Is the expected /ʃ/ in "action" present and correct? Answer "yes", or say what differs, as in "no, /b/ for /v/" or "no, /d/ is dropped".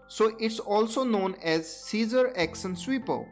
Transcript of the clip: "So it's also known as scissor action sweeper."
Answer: no, /s/ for /ʃ/